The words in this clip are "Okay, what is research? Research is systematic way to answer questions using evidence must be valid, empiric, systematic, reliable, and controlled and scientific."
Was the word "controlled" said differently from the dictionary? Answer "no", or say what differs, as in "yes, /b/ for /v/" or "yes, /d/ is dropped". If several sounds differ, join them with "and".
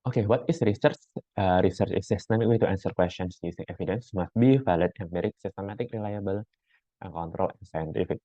yes, /d/ is dropped